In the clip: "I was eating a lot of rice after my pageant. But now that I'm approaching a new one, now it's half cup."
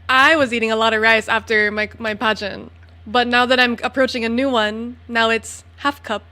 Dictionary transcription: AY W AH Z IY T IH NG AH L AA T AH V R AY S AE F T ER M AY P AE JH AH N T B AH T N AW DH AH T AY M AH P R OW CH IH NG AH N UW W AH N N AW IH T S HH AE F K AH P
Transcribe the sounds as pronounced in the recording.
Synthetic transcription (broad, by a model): AY W AH Z IY T IH NG AH L AA T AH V R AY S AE F T ER M AY P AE JH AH N B AH T N AW DH AH T AY M AH P R OW CH IH NG AH N UW W AH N N AW IH T S HH AE F K AH P